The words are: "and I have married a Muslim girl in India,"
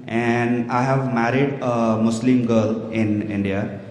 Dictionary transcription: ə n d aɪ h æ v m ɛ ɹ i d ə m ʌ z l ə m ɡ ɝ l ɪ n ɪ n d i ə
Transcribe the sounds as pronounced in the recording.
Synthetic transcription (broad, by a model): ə n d aɪ h æ v m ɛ ɹ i d ə m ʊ s l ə m ɡ ɝ l ɪ n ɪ n d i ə